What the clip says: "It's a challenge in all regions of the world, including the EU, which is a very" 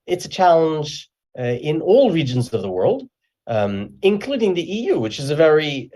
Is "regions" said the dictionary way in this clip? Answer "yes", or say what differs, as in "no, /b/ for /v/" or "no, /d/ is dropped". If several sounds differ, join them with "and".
yes